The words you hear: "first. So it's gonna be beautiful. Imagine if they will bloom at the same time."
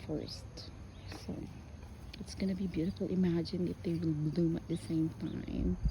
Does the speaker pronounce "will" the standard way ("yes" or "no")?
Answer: no